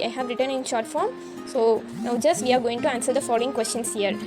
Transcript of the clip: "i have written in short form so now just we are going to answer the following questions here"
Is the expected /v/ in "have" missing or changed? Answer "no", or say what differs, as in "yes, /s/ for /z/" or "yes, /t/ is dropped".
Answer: no